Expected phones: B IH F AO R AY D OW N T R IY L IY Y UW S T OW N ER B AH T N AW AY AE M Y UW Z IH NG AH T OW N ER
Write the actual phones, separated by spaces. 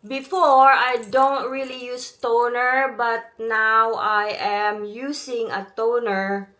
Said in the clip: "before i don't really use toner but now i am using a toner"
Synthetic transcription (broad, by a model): B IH F AO R AY D OW N T R IY L IY Y UW S T OW N ER B AH T N AW AY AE M Y UW S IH NG AH T OW N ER